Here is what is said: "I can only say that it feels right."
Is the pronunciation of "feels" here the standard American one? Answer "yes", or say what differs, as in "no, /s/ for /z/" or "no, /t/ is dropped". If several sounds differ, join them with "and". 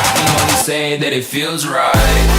yes